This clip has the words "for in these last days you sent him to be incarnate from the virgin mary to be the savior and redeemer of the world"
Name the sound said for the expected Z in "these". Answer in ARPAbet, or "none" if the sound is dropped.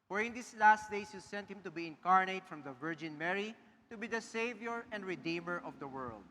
S